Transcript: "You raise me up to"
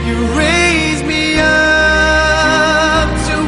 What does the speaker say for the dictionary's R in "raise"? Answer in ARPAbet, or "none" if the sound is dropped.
R